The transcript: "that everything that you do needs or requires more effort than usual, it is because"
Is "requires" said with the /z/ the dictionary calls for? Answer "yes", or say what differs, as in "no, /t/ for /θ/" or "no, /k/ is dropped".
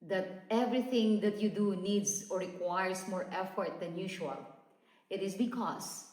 no, /s/ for /z/